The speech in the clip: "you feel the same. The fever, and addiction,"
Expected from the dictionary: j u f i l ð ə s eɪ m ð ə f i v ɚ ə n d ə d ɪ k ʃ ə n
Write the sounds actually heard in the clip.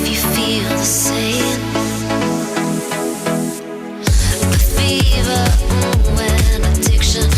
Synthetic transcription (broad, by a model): j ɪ f i l ð ə s eɪ m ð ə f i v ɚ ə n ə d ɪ k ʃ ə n